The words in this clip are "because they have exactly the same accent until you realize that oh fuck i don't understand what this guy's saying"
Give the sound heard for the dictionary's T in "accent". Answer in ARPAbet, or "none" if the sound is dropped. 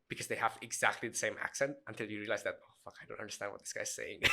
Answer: T